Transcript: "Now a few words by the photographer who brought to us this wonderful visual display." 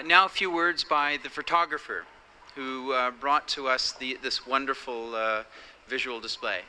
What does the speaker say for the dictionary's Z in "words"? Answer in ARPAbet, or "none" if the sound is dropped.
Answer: Z